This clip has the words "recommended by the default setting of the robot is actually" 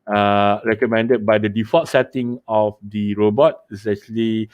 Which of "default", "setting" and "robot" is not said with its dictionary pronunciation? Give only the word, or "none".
default